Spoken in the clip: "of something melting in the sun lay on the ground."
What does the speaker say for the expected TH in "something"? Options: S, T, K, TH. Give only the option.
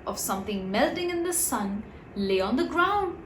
TH